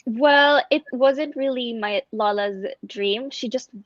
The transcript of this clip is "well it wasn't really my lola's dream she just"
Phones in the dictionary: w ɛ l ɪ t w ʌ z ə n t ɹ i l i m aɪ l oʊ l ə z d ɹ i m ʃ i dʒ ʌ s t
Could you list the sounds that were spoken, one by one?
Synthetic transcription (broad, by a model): w ɛ l ɪ t w ʌ z ə n t ɹ i l i m aɪ l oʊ l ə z d ɹ i m ʃ i dʒ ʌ s t